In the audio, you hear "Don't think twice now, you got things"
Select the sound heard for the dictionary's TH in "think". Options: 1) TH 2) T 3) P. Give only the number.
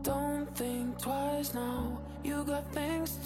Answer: 1